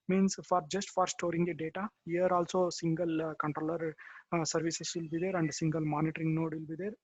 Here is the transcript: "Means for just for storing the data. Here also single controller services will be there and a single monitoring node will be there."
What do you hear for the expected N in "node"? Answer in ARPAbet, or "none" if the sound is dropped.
N